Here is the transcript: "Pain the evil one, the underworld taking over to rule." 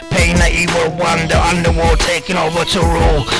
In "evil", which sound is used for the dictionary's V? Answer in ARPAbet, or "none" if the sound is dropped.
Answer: W